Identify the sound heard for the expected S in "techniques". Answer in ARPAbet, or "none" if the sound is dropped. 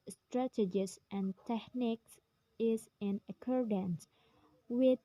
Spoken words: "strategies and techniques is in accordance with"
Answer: S